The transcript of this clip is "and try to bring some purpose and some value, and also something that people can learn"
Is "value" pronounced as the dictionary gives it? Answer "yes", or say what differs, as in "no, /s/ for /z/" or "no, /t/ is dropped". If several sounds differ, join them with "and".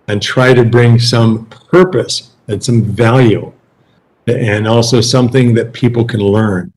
yes